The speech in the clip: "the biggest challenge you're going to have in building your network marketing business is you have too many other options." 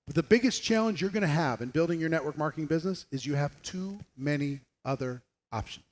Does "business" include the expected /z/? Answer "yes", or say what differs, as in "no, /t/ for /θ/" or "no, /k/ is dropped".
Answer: yes